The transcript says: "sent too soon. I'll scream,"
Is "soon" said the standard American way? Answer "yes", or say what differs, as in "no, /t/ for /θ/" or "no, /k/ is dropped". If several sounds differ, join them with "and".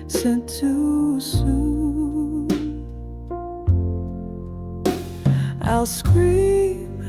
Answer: no, /n/ is dropped